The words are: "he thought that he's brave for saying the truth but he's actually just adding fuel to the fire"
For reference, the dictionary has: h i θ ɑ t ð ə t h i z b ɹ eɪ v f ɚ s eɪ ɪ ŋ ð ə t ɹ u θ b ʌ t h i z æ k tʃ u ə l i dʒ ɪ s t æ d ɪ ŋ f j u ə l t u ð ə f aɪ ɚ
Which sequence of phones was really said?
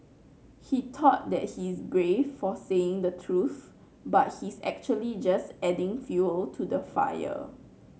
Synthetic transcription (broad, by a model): h i t ɑ t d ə t h i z b ɹ eɪ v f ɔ s eɪ ɪ ŋ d ə t ɹ u θ b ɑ t h i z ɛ k tʃ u ə l i dʒ ɪ s t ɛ d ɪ ŋ f j u ə l t u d ə f aɪ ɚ